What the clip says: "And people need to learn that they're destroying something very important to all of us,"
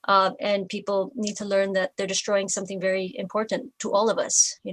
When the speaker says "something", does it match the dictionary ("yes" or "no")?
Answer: yes